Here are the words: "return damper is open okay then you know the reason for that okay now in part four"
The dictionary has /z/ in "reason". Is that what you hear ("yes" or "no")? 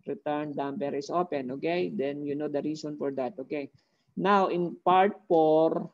no